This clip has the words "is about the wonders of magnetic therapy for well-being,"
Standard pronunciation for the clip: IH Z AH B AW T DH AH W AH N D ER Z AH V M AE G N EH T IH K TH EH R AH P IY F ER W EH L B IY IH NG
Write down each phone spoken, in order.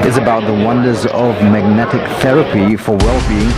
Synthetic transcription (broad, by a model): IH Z AH B AW T DH AH W AH N D ER Z AH V M AE G N EH T IH K TH EH R AH P IY F ER W EH L B IY IH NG